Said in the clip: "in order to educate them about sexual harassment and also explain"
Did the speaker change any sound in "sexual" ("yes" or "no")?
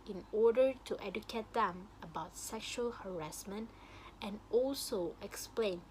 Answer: no